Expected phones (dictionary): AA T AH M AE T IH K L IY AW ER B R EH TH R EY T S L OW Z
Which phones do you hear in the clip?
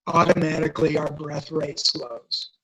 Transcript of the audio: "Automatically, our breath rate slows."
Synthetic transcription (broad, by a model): AA T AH M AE T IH K L IY AW ER B R EH TH R EY T S L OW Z